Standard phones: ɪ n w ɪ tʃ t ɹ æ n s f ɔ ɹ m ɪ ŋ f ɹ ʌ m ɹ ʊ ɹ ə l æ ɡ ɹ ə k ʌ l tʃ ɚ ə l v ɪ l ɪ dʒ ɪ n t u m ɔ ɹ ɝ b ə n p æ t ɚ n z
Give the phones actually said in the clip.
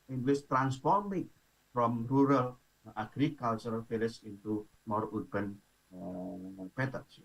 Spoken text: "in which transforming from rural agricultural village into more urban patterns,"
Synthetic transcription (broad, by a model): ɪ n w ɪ s t ɹ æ n s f ɔ ɹ m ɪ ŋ f ɹ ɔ m ɹ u ɹ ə l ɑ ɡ ɹ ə k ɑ l tʃ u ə l f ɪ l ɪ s ɪ n t u m ɔ ɹ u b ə n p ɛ t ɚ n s